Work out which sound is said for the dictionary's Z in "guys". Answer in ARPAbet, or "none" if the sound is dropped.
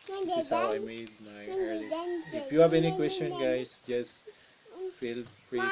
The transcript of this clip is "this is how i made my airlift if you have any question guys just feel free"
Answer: S